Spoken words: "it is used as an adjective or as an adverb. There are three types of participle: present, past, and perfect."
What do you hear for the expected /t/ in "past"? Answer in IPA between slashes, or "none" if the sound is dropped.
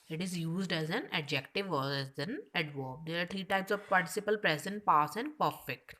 none